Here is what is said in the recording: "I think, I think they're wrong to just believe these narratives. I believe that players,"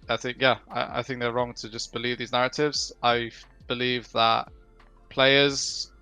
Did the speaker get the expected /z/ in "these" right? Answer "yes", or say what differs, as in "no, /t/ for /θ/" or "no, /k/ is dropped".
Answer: yes